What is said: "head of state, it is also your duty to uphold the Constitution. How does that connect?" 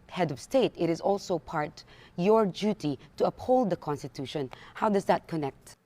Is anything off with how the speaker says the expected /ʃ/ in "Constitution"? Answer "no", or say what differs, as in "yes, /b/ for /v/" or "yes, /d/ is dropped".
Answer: no